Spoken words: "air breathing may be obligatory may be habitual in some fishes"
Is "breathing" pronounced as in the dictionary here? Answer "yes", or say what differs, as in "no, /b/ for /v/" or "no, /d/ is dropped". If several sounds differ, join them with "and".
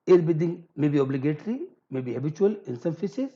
no, /ɹ/ is dropped